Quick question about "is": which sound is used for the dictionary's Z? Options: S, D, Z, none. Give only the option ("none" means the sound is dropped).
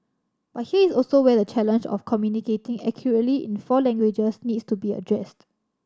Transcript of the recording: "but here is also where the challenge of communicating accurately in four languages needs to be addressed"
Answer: S